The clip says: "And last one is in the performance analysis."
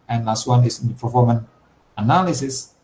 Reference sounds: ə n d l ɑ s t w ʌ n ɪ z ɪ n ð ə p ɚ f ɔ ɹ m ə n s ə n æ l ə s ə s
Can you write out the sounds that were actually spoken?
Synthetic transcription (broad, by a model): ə n l ɑ s t w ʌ n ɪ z ɪ n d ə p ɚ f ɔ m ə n ə n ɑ l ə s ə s